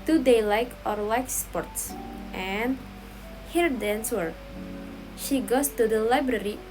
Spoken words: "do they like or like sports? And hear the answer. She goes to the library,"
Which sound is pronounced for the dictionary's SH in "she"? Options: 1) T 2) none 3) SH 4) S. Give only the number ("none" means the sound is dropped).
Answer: 3